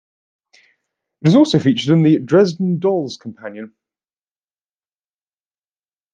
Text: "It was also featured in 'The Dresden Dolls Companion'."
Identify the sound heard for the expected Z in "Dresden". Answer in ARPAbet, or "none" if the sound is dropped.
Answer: Z